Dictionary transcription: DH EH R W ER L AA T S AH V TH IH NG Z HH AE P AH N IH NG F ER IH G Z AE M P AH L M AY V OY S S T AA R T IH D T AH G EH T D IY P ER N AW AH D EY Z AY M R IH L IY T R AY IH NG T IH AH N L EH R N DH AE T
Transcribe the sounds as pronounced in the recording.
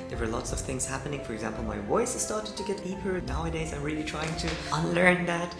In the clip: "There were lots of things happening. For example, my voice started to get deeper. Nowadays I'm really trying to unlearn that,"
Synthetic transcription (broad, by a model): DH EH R W ER L AA T S AH V TH IH NG Z HH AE P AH N IH NG F ER IH G Z AE M P AH L M AY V OY S S T AA R T IH D T AH G EH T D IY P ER N AW AH D EY Z AY M R IH L IY T R AY IH NG T IH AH N L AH R N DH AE T